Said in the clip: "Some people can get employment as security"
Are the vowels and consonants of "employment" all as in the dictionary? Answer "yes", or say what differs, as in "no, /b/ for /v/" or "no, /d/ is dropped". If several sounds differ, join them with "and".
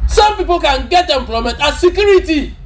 no, /n/ is dropped